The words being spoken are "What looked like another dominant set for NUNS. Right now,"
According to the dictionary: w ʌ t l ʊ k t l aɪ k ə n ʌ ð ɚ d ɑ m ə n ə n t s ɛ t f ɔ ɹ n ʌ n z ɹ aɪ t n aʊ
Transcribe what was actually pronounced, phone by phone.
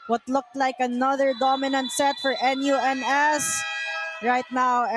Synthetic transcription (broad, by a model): w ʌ t l ʊ k t l aɪ k ə n ʌ ð ɚ d ɑ m ə n ə n t s ɛ t f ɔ ɹ n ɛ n s ɹ aɪ t n aʊ